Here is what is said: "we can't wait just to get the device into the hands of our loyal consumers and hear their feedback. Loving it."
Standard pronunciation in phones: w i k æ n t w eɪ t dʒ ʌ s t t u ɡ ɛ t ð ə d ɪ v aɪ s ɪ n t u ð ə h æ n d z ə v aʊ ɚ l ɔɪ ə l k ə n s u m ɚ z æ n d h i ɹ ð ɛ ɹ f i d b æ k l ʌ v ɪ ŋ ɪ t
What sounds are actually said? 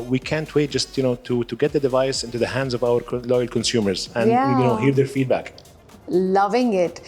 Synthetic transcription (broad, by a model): w i k æ n t w eɪ t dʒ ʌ s t t u ɡ ɛ t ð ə d ɪ v aɪ s ɪ n t u ð ə h æ n d z ə v aʊ ɚ l ɔɪ ə l k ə n s u m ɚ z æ n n h i ɹ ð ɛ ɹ f i d b æ k l ʌ v ɪ ŋ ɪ t